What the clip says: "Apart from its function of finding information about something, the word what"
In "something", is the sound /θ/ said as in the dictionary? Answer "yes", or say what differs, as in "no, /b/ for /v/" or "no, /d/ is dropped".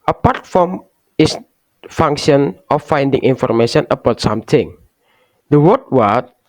no, /t/ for /θ/